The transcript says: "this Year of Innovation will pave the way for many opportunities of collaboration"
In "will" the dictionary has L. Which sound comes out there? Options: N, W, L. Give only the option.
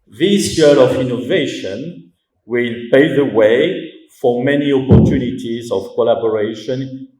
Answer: L